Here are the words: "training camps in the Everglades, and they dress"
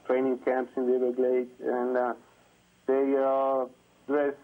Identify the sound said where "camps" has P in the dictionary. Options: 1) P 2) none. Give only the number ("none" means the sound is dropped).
1